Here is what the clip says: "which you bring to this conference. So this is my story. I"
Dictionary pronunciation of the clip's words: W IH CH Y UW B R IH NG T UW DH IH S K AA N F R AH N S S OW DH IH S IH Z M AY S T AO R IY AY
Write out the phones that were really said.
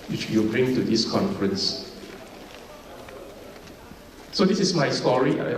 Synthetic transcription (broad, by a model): W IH CH Y UW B R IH NG T UW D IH S K AA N F R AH N S S OW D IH S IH S M AY S T AO R IY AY